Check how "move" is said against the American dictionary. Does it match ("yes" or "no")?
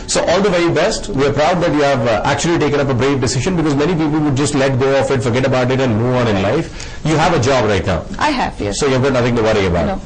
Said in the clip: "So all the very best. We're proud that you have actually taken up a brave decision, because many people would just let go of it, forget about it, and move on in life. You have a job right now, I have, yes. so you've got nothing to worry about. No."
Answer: no